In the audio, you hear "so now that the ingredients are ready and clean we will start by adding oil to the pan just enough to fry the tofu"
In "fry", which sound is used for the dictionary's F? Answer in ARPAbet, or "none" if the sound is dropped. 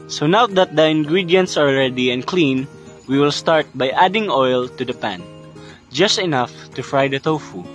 F